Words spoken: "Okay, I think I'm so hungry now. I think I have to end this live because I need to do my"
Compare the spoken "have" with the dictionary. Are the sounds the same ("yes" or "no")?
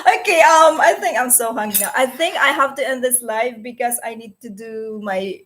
no